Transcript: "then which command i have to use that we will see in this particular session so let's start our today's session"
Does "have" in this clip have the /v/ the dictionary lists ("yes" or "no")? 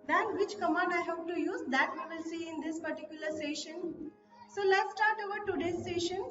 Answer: no